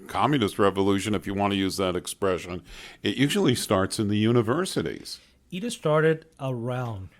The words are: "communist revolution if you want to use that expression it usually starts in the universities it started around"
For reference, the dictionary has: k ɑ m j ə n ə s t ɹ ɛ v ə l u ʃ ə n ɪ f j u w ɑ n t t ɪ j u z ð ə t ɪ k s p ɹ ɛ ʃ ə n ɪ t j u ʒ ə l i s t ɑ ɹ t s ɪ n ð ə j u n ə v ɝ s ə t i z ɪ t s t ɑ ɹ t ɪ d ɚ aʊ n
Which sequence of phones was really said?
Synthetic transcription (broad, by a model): k ɑ m j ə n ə s t ɹ ɛ v ə l u ʃ ə n ɪ f j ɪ w ɑ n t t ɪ j u z ð ə t ɪ k s p ɹ ɛ ʃ ə n ɪ t j u ʒ l i s t ɑ ɹ t s ɪ n ð ə j u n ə v ɝ s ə t i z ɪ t s t ɑ ɹ t ɪ d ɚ aʊ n